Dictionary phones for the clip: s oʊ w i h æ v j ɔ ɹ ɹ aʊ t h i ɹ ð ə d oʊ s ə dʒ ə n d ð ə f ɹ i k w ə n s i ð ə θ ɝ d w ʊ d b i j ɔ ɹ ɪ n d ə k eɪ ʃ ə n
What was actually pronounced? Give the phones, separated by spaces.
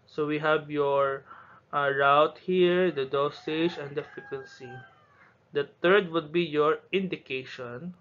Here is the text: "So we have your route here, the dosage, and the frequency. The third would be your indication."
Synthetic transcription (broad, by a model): s oʊ w i h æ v j ɔ ɹ ɹ aʊ t h i ɹ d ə d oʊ s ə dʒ ə n d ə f i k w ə n s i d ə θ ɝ d w ʊ d b i j ɔ ɹ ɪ n d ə k eɪ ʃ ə n